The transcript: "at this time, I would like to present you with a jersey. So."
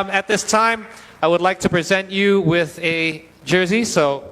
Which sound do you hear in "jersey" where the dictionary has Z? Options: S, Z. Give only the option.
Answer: Z